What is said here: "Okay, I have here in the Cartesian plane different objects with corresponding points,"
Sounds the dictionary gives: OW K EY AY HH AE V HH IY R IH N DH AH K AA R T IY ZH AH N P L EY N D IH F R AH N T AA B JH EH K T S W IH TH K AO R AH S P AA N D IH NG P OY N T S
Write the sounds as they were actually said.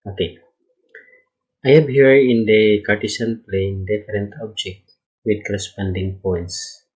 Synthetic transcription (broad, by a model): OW K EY AY HH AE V HH IY R IH N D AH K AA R T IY S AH N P L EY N D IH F R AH N T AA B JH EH K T W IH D K AO R AH S P AA N D IH NG P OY N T S